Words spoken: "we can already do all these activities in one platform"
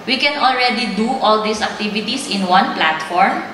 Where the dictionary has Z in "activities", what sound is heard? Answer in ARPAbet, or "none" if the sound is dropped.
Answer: S